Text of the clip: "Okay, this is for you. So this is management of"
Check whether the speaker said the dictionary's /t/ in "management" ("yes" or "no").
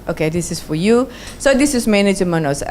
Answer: no